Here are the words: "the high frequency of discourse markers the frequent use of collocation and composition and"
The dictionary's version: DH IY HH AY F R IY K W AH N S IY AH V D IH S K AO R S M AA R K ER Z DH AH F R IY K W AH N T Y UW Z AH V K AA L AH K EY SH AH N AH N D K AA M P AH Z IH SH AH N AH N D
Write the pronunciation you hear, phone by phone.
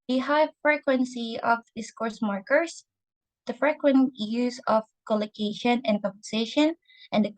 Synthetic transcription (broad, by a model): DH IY HH AY F R IY K W AH N S IY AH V D IH S K AO R S M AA R K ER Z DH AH F R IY K W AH N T Y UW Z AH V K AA L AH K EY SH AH N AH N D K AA P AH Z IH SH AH N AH N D